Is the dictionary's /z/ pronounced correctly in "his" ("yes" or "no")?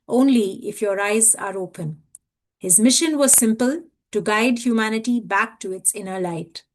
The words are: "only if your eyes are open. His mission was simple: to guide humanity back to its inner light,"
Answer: yes